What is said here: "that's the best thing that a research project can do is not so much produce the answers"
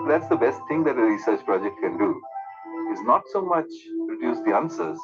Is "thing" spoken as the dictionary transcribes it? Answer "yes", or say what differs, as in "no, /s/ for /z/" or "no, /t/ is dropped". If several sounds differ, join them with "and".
no, /t/ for /θ/